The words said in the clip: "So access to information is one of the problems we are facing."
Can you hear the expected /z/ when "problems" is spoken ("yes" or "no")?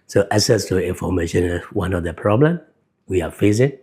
no